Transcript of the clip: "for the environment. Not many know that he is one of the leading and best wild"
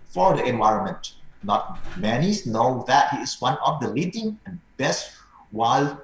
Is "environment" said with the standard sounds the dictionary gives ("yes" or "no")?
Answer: yes